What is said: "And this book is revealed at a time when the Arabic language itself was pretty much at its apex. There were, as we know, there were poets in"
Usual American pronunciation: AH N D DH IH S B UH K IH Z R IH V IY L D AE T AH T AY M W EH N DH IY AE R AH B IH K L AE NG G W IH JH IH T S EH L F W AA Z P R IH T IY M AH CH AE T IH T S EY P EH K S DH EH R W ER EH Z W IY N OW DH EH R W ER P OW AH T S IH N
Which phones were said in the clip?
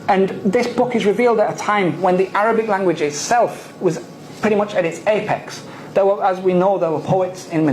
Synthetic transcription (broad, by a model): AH N DH IH S B UH K IH Z R IH V IY L D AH T AH T AY M W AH N DH IY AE R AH B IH K L AE NG G W IH JH IH T S EH L F W AA Z P R IH T IY M AH CH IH T IH T S EY P EH K S DH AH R W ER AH Z W IY N OW DH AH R W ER P OW AH T S IH N